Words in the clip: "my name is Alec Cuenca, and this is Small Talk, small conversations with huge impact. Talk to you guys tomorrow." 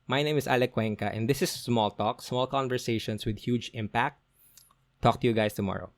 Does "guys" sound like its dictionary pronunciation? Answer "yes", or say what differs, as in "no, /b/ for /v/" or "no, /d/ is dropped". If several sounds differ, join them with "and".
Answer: no, /s/ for /z/